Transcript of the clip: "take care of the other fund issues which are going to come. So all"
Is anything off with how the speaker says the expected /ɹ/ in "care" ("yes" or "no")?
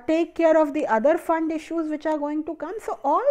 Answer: no